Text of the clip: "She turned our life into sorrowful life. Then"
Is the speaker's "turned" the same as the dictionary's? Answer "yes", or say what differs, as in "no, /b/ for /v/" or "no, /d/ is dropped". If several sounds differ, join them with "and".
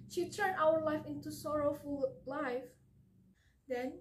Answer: no, /d/ is dropped